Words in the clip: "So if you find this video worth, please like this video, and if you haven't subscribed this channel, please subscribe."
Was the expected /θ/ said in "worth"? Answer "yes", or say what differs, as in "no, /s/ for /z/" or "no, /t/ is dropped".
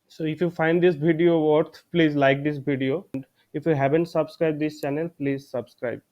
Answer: no, /t/ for /θ/